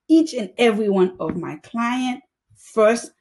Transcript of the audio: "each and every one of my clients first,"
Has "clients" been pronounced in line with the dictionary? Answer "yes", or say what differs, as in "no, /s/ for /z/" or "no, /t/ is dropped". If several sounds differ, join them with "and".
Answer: no, /s/ is dropped